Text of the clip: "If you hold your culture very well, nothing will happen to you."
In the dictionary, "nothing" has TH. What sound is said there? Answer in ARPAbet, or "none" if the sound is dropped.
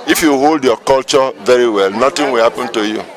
T